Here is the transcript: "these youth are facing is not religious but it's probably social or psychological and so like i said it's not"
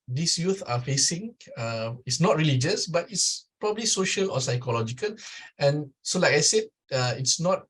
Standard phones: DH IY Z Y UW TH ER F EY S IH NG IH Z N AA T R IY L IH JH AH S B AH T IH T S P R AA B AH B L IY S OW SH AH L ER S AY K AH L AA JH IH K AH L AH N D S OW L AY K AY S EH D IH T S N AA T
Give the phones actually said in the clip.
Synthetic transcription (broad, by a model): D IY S Y UW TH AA F EY S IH NG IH S N AA T R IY L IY JH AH S B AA T IH T S P R AA B AH B L IY S OW SH AH L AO S AY K AH L AA JH IH K AH L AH N S OW L AY K AY S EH D IH T S N AA T